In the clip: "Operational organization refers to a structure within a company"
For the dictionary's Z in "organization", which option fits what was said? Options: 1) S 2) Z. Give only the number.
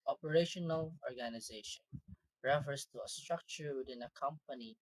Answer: 2